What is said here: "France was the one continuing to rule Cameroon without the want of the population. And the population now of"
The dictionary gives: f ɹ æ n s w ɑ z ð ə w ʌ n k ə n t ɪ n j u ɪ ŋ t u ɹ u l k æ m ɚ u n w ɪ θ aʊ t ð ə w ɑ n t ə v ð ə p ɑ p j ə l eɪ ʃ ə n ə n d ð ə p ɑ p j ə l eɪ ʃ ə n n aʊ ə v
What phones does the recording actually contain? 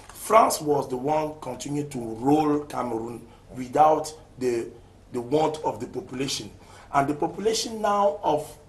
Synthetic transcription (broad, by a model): f ɹ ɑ n s w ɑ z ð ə w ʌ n k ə n t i n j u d t u ɹ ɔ l k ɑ m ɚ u n w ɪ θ aʊ t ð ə w ɑ n t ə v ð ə p ɑ p j ə l eɪ ʃ ə n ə n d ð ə p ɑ p j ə l eɪ ʃ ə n n aʊ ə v